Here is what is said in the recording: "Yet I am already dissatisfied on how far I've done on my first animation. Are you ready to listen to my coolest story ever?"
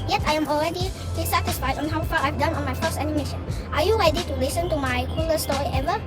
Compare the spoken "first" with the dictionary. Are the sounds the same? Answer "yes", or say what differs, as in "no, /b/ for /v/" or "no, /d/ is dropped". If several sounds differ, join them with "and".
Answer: no, /t/ is dropped